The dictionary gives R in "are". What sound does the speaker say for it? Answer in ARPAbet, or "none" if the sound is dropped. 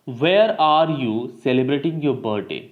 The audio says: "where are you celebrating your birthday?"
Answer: R